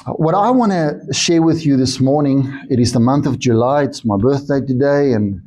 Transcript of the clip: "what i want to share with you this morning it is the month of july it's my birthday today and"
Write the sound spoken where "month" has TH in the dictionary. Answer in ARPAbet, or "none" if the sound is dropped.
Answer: TH